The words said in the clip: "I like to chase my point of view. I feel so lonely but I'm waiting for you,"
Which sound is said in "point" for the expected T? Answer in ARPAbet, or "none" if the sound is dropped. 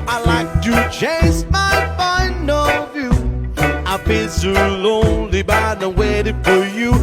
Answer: none